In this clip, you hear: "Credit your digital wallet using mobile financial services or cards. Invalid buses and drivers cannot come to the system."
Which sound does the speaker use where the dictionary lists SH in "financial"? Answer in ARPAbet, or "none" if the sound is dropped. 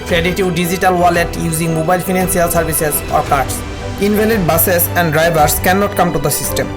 S